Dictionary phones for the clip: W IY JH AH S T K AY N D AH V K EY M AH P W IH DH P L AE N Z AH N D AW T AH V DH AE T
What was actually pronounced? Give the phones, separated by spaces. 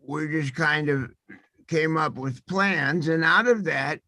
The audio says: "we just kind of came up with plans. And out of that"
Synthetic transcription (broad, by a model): W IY JH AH S K AY N D AH V K EY M AH P W IH DH P L AE N Z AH N AW T AH V DH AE T